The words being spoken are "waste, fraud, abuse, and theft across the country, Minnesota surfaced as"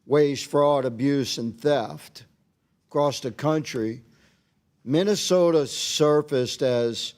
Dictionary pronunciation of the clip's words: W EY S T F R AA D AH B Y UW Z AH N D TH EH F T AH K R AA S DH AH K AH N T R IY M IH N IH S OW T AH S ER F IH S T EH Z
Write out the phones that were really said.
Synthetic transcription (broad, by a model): W EY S F R AA D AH B Y UW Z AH N TH EH F T K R AA S DH AH K AH N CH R IY M IH N IH S OW T AH S ER F IH S T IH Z